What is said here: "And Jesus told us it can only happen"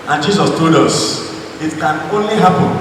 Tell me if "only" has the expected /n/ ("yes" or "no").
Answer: yes